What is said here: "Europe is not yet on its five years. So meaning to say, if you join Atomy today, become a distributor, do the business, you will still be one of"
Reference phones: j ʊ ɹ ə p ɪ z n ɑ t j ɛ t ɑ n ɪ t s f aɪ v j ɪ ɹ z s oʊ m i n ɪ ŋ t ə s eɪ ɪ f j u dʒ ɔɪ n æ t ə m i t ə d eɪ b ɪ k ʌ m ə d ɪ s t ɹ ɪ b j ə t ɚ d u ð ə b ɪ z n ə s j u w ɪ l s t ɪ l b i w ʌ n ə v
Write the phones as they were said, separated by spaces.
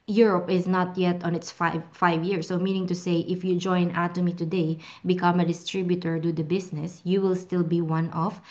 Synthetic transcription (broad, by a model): j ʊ ɹ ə p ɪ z n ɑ t j ɛ t ɑ n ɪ t s f aɪ v j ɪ ɹ s oʊ m i n ɪ ŋ t ə s eɪ ɪ f j u dʒ ɔɪ n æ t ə m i t ə d eɪ b ɪ k ʌ m ə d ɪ s t ɹ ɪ b j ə t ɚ d u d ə b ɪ s n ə s j u w ɪ l s t ɪ l b i w ʌ n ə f